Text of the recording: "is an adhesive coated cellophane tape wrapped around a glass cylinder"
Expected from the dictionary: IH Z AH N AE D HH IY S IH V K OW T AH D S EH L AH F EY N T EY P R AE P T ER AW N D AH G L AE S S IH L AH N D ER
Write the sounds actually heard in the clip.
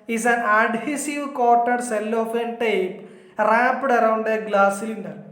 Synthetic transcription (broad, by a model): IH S AH N AE D HH IY S IH V K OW T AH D S EH L AH F EY N T EY P R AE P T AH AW N D AH G L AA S S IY L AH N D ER